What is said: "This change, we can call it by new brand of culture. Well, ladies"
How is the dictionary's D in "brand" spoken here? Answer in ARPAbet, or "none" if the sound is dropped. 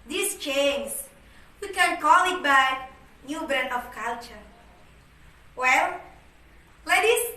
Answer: none